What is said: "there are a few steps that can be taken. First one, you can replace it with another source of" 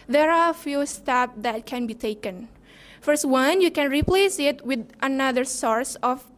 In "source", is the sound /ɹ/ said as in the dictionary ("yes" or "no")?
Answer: yes